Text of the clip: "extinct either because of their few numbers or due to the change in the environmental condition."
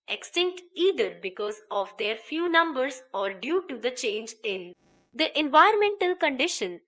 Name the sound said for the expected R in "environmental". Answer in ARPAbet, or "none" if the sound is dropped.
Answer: none